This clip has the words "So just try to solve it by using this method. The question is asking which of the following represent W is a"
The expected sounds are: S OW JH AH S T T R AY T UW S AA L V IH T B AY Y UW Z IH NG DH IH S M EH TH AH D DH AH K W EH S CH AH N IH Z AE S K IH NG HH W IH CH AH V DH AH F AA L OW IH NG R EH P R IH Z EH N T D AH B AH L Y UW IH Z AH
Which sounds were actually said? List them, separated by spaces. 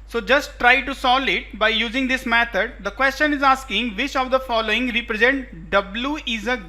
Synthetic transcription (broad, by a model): S OW JH AH S T T R AY T UW S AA L IH T B AY Y UW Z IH NG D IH S M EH T AH D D AH K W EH S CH AH N IH Z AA S K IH NG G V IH CH AH V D AH F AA L OW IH NG R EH P R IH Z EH N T D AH B L Y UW IH Z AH